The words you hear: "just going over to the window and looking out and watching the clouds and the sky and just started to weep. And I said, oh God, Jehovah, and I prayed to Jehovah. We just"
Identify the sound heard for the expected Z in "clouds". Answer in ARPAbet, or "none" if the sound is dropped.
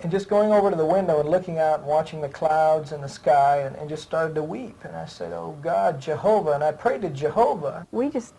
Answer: Z